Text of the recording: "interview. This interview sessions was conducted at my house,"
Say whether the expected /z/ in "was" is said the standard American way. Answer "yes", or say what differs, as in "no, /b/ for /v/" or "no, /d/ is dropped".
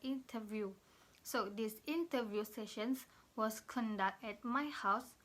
no, /s/ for /z/